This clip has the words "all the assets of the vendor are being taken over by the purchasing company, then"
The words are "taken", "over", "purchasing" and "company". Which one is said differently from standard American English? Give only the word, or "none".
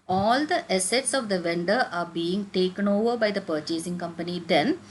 none